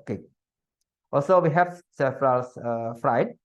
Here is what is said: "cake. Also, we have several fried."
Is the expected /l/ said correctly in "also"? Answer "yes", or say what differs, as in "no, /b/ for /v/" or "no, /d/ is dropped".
yes